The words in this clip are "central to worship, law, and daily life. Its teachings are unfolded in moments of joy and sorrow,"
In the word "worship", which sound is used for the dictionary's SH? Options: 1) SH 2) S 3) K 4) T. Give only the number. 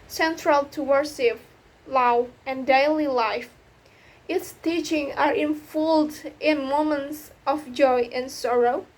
2